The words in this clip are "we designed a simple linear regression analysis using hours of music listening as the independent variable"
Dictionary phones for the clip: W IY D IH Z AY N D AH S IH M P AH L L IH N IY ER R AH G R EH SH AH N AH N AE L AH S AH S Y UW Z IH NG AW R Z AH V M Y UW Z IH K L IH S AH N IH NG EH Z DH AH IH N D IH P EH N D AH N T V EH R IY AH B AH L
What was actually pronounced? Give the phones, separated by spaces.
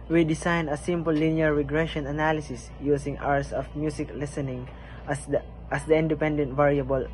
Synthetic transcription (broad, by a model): W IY D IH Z AY N AH S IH M P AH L L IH N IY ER R AH G R EH SH AH N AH N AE L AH S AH S Y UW S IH NG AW R S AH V M Y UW S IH K L IH S AH N IH NG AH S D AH IH N D IH P EH N D AH N T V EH R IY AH B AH L